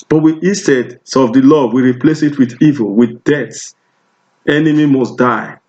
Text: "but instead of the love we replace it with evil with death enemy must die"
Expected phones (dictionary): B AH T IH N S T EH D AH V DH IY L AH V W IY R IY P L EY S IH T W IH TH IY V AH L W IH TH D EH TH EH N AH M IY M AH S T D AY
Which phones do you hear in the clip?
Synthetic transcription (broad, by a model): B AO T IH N S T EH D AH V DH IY L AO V W IY R IY P L EY S IH T W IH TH IY V AH L W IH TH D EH S EH N AH M IY M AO S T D AY